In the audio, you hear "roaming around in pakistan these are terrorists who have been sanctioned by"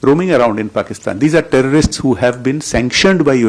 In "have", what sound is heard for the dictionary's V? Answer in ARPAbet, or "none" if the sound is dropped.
V